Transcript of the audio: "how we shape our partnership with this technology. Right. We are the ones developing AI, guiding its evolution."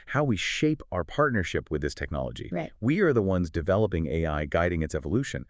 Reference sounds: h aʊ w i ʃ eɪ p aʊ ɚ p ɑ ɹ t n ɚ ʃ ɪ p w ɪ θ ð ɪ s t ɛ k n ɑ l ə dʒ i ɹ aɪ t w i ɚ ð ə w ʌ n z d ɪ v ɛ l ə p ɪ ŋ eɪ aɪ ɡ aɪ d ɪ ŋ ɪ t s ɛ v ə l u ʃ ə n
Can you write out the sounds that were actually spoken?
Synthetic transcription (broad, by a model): h aʊ w i ʃ eɪ p aʊ ɚ p ɑ ɹ t n ɚ ʃ ɪ p w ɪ ð ɪ s t ɛ k n ɑ l ə dʒ i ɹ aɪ w i ɚ ð ə w ʌ n z d ɪ v ɛ l ə p ɪ ŋ eɪ aɪ ɡ aɪ d ɪ ŋ ɪ t s ɛ v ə l u ʃ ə n